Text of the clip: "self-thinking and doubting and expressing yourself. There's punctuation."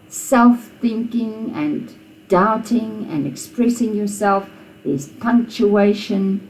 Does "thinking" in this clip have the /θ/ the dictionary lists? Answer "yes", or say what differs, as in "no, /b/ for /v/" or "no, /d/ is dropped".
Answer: yes